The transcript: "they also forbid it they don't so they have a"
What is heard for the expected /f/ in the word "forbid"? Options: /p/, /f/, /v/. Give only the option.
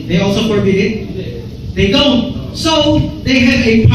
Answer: /p/